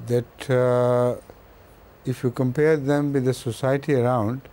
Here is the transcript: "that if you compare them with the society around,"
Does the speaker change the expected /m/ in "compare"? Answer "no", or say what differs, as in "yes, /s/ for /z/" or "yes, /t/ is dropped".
no